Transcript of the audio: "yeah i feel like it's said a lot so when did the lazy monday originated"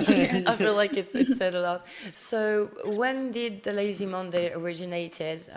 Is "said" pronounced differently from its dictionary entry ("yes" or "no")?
no